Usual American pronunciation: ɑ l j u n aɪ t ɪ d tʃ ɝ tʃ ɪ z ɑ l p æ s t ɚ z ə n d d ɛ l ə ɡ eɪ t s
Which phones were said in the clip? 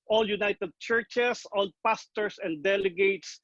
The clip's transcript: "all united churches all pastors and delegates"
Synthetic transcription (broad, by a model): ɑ l j u n aɪ t ɪ d tʃ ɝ tʃ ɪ s ɑ l p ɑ s t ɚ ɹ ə n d d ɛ l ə ɡ eɪ t s